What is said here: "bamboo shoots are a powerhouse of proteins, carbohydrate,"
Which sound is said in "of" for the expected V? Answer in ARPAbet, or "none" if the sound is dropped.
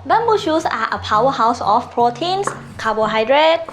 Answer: F